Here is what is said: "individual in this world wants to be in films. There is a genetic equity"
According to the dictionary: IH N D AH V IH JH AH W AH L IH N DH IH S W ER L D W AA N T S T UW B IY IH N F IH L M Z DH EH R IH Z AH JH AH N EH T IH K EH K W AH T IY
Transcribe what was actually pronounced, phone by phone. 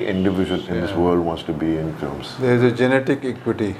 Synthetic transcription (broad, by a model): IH N D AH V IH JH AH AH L IH N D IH S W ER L D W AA N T S T UW B IY IH N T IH M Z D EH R IH Z AH JH AH N EH T IH K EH K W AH T IY